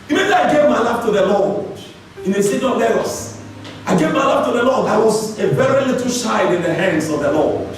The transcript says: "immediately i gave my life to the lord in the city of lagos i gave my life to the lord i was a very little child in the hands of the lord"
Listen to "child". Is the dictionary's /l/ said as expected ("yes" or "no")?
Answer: no